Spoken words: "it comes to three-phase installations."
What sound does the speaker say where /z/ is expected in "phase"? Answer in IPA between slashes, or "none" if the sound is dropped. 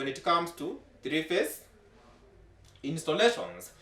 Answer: /s/